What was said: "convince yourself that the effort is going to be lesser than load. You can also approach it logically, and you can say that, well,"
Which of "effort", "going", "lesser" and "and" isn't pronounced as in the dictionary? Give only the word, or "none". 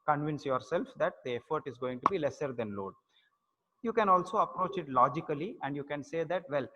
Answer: none